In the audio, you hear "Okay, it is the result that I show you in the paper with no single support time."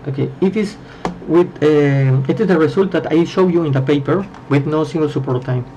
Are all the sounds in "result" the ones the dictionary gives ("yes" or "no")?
no